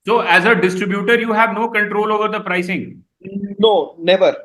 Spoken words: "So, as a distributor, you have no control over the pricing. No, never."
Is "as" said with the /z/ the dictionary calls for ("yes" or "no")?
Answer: yes